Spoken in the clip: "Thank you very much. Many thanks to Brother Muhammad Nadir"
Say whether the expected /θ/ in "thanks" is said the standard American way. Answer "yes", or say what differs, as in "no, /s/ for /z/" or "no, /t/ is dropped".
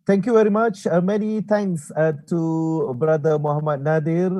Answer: no, /t/ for /θ/